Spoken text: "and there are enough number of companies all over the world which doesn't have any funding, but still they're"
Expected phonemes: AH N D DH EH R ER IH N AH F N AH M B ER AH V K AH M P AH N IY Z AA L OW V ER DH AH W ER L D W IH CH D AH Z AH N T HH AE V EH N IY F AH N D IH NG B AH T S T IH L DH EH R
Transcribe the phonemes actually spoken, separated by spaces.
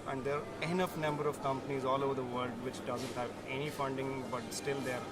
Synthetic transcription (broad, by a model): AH N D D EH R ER IH N AH F N AH M B ER AH V K AH M P AH N IY Z AA L OW V ER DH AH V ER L D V IH CH D AH Z AH N T HH AE V EH N IY F AH N D IH NG B AH T S T IH L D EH R